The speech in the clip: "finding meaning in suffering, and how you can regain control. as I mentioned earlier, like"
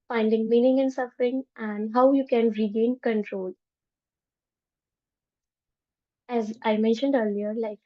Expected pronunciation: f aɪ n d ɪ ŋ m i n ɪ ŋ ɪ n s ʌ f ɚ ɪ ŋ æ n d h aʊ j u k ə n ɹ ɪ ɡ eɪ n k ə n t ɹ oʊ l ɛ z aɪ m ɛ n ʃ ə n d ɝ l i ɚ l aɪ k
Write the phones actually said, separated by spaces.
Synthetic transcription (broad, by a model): f aɪ n d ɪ ŋ m i n ɪ ŋ ɪ n s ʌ f ɚ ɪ ŋ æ n d h aʊ j u k ə n ɹ ɪ ɡ eɪ n k ə n t ɹ oʊ l ɛ z aɪ m ɛ n ʃ ə n d ɝ l i ɚ l aɪ k